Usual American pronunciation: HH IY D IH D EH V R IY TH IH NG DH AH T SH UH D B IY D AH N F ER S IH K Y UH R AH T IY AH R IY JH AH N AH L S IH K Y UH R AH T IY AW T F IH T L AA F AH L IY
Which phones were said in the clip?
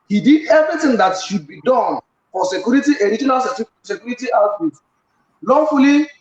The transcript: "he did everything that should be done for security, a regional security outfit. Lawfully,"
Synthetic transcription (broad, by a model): HH IY D IH D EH V R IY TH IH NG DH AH T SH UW D B IY D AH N F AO S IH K Y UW R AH T IY AH R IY JH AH N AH L S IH K Y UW R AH T IY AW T UW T L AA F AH L IY